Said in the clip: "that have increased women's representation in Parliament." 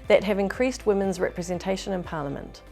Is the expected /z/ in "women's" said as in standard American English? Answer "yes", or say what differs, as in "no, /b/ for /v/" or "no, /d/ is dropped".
yes